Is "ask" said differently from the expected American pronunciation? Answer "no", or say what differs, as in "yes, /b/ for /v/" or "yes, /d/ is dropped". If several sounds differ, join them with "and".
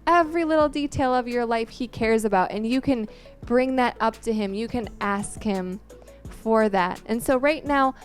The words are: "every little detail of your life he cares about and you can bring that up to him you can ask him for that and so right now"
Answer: no